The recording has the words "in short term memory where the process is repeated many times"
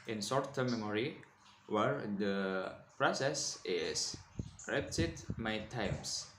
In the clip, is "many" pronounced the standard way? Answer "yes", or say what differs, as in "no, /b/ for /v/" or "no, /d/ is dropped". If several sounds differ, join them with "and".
no, /n/ is dropped